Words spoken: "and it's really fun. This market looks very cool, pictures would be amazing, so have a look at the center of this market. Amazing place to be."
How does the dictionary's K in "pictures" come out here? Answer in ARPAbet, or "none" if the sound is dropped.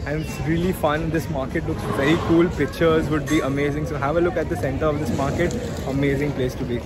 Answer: K